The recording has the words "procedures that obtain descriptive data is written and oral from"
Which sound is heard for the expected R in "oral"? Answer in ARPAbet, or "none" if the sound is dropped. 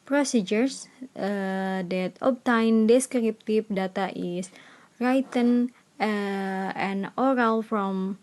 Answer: R